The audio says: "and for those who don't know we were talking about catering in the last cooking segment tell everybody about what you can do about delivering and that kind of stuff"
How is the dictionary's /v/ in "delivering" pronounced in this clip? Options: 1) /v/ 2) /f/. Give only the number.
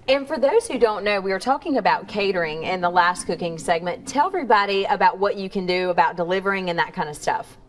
1